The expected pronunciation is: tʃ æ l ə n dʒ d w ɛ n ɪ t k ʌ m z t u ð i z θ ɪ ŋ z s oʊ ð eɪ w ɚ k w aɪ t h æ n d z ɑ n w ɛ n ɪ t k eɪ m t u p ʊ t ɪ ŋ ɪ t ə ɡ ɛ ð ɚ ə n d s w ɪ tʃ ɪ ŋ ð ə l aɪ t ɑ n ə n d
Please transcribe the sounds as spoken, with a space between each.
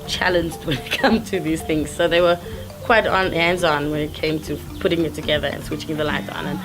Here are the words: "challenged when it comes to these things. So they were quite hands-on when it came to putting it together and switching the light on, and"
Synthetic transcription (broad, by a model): tʃ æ l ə n dʒ d w ɛ n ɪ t k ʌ m t u ð i z θ ɪ ŋ z s oʊ ð eɪ w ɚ k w aɪ t h æ n d z ɑ n w ɛ n ɪ t k eɪ m t u p ʊ t ɪ ŋ ɪ t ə ɡ ɛ ð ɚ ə n s w ɪ tʃ ɪ ŋ ð ə l aɪ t ɑ n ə n